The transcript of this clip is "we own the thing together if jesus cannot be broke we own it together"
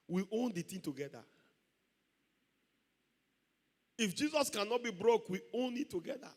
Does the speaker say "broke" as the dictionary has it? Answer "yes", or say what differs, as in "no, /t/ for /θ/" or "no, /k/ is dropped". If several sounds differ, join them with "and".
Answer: yes